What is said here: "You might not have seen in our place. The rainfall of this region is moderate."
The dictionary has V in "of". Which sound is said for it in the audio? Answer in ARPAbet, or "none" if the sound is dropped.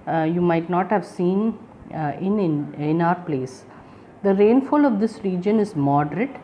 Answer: V